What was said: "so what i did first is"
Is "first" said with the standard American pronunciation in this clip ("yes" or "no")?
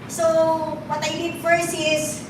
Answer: no